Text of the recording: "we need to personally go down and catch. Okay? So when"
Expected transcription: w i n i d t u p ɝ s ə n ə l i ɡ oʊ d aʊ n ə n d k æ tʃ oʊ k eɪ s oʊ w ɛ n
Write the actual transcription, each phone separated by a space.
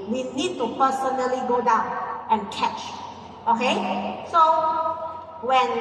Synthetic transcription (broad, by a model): w i n i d t u p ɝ s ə n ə l i ɡ oʊ d aʊ n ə n k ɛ tʃ oʊ k eɪ s oʊ w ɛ n